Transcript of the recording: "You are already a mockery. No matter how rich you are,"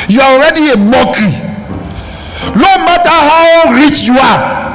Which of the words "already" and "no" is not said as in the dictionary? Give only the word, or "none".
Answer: no